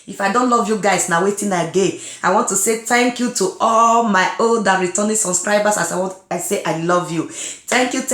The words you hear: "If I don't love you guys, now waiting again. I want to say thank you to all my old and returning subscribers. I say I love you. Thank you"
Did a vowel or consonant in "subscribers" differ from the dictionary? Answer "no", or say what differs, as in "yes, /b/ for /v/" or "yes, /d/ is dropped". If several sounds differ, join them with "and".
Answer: yes, /b/ is dropped and /s/ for /z/